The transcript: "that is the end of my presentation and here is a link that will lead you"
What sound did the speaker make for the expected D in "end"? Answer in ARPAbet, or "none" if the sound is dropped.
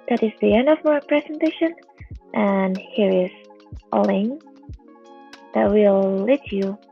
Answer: D